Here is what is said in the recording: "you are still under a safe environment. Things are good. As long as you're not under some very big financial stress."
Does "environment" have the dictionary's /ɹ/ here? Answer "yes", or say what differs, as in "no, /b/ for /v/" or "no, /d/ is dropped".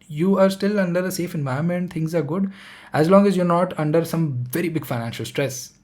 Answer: no, /ɹ/ is dropped